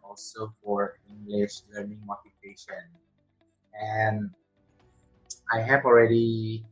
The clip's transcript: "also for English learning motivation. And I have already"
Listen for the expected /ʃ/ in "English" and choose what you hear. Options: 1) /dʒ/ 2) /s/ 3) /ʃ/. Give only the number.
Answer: 3